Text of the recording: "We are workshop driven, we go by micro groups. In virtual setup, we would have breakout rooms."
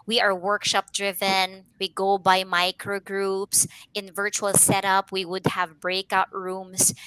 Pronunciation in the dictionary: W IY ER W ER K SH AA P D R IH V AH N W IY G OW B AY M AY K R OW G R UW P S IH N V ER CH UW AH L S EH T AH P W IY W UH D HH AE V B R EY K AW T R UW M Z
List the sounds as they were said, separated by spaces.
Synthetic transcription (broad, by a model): W IY ER W ER K SH AA P D R IH V AH N W IY G OW B AY M AY K R OW G R UW P S IH N V ER CH UW AH L S EH T AH P W IY W UH D HH AE V B R EY K AW T R UW M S